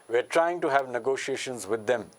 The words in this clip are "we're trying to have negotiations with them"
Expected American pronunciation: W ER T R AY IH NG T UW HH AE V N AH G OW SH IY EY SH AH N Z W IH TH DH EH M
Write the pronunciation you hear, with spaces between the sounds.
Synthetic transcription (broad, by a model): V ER T R AY IH NG T UW HH AE V N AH G OW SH IY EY SH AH N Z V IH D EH M